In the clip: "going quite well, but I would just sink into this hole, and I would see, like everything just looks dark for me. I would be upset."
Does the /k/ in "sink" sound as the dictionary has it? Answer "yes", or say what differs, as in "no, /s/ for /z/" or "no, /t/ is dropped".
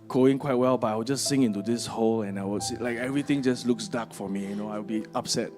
no, /k/ is dropped